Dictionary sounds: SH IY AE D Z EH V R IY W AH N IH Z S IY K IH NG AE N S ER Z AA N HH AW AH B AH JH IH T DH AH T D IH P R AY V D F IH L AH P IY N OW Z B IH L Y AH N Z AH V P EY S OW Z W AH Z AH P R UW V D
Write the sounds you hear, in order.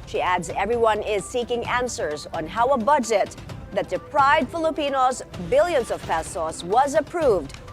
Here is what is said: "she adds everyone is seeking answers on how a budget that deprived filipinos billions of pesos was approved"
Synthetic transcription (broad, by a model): SH IY AE D Z EH V R IY W AH N IH Z S IY K IH NG AE N S ER Z N HH AW AH B AH JH IH T DH AH T D IH P R AY V D F IH L AH P IY N OW Z B IH L Y AH N Z AH V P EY S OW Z W AH Z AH P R UW V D